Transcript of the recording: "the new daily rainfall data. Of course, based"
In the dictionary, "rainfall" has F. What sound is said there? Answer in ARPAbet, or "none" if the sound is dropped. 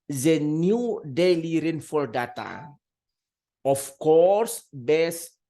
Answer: F